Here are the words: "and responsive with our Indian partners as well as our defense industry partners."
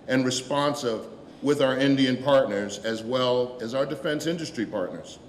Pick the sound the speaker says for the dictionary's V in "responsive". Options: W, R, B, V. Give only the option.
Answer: V